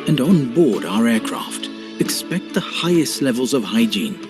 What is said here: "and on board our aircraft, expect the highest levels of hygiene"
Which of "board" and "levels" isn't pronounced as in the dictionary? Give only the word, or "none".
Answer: none